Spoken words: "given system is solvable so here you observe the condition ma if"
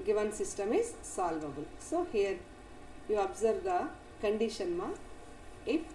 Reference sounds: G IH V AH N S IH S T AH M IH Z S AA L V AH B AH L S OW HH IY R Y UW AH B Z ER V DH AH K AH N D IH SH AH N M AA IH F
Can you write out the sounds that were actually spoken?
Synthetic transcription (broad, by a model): G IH V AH N S IH S T AH M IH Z S AA L V AH B AH L S OW HH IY R Y UW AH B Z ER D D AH K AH N D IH SH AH N M AA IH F